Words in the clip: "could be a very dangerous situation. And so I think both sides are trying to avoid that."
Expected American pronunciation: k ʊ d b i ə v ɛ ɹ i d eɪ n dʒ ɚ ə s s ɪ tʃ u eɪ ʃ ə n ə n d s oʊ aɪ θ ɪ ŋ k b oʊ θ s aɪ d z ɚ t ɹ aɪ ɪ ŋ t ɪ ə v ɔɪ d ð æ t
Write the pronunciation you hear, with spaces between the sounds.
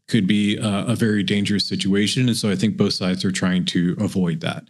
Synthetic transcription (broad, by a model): k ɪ d b i ə v ɛ ɹ i d eɪ n dʒ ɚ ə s s ɪ tʃ u eɪ ʃ ə n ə n s oʊ aɪ θ ɪ ŋ k b oʊ θ s aɪ d z ɚ t ɹ aɪ ɪ ŋ t ɪ ə v ɔɪ d ð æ t